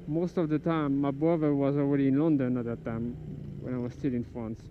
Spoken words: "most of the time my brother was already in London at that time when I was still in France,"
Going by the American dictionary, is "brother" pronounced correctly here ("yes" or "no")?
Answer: no